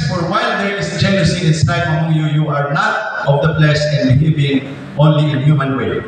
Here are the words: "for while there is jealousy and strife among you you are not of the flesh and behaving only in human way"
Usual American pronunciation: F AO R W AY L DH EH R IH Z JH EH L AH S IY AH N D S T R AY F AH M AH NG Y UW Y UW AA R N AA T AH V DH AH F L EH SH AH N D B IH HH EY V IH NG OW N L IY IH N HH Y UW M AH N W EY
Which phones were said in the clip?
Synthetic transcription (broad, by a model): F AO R W AY L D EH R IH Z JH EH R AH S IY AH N S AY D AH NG Y UW Y UW AA R N AA T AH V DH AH P L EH S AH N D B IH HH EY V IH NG OW N L IY IH N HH Y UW M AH N W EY